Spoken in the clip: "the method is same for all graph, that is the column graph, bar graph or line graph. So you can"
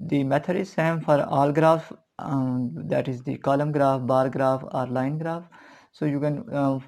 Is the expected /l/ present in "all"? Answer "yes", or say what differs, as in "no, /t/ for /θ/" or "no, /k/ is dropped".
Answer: yes